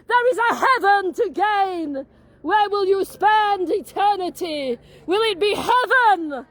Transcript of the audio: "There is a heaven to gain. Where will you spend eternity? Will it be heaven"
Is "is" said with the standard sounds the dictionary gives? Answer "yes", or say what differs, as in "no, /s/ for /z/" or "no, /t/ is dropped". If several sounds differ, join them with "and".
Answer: yes